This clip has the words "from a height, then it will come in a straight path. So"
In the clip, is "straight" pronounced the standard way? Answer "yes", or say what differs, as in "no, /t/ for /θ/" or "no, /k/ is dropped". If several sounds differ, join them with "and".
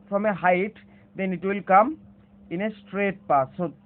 yes